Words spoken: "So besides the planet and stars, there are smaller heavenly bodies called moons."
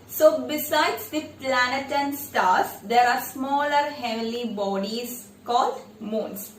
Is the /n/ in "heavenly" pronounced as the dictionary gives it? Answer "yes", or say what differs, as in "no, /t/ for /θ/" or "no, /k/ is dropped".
no, /n/ is dropped